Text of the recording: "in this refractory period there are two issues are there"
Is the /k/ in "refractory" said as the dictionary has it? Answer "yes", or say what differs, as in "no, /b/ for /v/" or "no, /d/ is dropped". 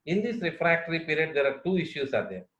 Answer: yes